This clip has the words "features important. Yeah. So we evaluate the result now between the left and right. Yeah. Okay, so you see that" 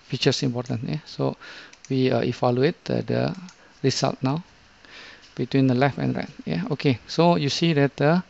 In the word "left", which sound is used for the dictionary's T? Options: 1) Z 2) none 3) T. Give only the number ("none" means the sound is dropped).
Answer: 2